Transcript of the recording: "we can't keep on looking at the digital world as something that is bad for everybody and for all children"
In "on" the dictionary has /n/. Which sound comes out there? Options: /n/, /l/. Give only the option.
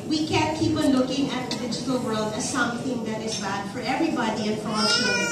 /l/